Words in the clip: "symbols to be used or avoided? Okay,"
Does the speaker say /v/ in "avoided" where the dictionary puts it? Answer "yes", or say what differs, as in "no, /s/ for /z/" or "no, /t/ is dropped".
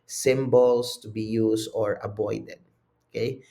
no, /b/ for /v/